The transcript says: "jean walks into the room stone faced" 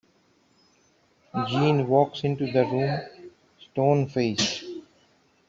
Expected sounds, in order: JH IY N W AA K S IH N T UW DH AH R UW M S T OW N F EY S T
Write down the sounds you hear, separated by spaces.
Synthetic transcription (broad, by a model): JH IY N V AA K S IH N T UW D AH R UW M S T OW N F EY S